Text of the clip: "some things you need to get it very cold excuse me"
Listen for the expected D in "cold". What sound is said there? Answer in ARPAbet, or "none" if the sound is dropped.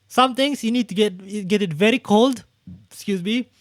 D